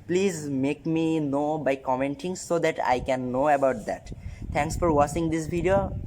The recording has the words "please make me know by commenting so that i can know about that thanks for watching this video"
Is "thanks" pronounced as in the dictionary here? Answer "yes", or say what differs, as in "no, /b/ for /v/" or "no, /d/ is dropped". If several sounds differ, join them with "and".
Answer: no, /t/ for /θ/